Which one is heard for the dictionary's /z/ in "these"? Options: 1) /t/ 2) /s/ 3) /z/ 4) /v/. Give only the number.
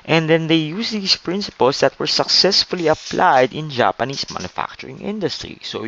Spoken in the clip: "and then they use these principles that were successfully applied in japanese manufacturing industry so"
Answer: 2